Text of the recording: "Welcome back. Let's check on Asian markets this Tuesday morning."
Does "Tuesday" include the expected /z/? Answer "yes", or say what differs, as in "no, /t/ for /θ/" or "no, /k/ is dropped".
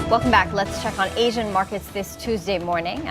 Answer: yes